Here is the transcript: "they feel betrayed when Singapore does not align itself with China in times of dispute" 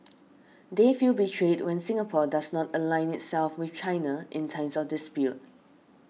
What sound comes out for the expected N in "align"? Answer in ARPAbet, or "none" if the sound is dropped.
N